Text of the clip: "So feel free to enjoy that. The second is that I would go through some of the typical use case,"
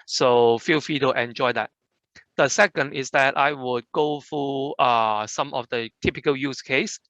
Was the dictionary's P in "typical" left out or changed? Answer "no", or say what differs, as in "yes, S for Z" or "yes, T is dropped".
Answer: no